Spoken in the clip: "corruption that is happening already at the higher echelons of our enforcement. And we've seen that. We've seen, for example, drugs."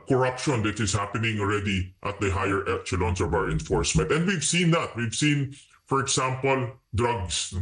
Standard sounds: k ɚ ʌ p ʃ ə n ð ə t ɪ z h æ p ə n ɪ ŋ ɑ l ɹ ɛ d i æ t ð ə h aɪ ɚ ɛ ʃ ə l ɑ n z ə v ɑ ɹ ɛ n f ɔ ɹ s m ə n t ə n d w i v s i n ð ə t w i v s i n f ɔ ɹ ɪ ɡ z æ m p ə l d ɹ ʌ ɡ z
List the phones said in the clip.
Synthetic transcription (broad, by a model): k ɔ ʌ p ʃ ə n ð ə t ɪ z h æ p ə n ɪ ŋ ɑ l ɹ ɛ d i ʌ t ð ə h aɪ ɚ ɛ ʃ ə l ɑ n s ə v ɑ w ɛ n f ɔ ɹ s m ə n t ə n d w i v s i n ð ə t w i v s i n f ɔ ɹ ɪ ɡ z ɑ m p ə l d ɹ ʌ ɡ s